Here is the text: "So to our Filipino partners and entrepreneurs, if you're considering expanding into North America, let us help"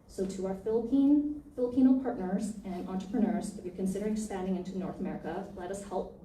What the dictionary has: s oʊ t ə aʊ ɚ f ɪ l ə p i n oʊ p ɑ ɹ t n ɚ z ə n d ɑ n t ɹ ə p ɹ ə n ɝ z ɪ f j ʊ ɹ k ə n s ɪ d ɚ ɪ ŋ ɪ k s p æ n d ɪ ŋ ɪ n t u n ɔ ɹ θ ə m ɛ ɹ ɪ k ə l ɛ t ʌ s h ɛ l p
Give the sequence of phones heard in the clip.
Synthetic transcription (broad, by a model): s oʊ t ə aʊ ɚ f ɪ l ə p i n oʊ p ɑ ɹ t n ɚ z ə n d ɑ n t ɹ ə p ɹ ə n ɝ z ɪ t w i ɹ k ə n s ɪ d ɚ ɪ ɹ ɪ k s p æ n d ɪ ŋ ɪ n t u n ɔ ɹ θ ə m ɛ ɹ ɪ k ə l ɛ t ʌ s h ɛ l p